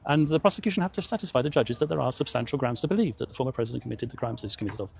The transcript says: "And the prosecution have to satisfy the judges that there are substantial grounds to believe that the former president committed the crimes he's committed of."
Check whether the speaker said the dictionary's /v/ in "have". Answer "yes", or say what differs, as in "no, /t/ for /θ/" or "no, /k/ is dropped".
no, /f/ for /v/